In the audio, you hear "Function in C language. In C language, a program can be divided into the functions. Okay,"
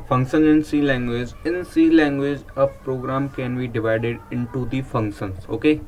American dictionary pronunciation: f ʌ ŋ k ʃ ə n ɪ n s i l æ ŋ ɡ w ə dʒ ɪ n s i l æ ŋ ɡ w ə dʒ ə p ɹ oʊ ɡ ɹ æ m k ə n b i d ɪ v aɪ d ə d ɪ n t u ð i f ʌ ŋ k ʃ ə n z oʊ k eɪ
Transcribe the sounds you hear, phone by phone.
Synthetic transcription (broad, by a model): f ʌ ŋ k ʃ ə n ɪ n s i l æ ŋ ɡ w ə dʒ ɪ n s i l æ ŋ ɡ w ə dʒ ə p ɹ oʊ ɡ ɹ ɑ m k ə n b i d ɪ v aɪ d ə d ɪ n t u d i f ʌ ŋ k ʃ ə n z oʊ k eɪ